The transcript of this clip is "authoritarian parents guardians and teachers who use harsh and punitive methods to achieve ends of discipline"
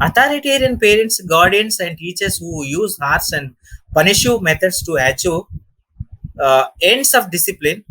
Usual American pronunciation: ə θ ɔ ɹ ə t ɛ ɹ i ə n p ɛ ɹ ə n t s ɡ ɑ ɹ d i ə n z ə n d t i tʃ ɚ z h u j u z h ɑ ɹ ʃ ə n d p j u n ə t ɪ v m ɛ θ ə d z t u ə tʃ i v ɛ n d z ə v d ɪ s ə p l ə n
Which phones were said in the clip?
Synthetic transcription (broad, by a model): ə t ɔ ɹ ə t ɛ ɹ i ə n p ɛ ɹ ə n t s ɡ ɑ ɹ d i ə n s ə n d t i tʃ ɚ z h u j u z h ɑ ɹ s ə n d p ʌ n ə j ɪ m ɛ t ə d s t u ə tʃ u ɛ n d s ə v d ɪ s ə p l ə n